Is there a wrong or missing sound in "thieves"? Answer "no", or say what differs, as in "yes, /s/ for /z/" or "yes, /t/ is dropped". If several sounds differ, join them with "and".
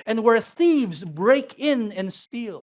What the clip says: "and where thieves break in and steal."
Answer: no